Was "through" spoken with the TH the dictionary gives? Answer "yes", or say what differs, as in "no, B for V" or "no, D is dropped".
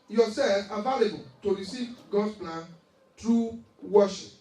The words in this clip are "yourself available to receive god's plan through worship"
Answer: no, T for TH